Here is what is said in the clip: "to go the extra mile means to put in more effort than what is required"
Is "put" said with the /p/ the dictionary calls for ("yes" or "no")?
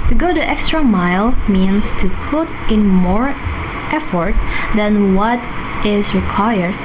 yes